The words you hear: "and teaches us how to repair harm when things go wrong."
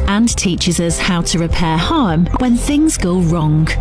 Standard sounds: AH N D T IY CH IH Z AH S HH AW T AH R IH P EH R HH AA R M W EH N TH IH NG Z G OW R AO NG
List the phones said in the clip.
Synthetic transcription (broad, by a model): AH N T IY CH IH Z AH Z HH AW T AH R IH P EH HH AA M W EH N TH IH NG Z G OW R AO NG